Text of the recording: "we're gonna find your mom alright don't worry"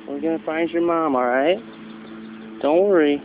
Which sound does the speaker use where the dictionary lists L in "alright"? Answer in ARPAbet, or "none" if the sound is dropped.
none